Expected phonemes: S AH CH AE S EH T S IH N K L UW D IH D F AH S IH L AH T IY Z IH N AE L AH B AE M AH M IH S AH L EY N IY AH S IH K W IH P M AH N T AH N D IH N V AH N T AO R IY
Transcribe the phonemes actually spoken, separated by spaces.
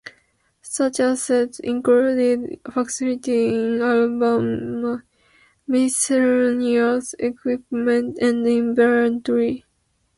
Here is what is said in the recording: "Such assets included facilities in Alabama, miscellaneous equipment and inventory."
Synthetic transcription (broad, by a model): S AH CH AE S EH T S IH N K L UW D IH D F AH S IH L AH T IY IH N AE L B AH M M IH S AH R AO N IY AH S IH K W IH P M AH N T AH N D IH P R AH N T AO R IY